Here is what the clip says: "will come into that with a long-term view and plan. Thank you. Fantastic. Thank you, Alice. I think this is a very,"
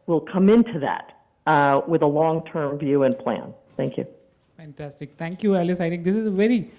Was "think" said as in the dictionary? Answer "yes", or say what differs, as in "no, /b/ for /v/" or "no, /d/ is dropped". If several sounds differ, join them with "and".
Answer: no, /t/ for /θ/